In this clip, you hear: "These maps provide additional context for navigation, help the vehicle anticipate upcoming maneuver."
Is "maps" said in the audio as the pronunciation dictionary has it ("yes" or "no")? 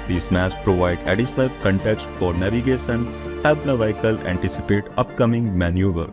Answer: no